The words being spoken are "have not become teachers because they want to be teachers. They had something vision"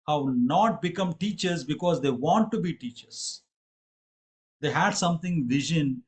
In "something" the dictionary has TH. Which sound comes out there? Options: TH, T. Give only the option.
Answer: T